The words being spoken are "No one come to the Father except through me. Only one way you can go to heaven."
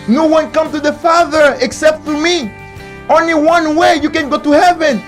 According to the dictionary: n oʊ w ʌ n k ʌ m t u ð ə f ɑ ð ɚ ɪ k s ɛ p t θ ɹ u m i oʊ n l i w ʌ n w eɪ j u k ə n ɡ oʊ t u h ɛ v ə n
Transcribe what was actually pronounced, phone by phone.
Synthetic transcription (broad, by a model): n oʊ w ʌ n k ʌ m t u ð ə f ɑ ð ɚ ɪ k s ɛ p t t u m i oʊ n l i w ʌ n w eɪ j u k ə n ɡ oʊ t u h ɛ v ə n